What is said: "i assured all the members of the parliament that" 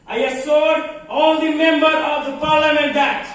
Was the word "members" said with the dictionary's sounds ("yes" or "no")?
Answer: no